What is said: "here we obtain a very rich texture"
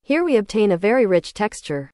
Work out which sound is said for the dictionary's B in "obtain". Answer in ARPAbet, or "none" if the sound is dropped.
B